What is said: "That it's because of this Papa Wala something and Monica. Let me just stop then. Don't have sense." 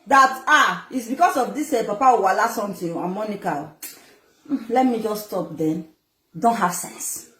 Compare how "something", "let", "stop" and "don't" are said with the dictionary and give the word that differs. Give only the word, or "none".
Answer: something